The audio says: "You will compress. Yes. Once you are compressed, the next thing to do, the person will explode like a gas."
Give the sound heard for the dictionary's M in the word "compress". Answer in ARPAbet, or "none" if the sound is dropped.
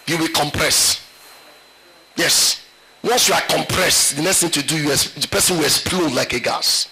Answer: M